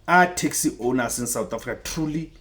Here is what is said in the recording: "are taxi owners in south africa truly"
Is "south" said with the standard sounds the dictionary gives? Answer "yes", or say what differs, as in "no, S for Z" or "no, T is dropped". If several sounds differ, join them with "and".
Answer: no, T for TH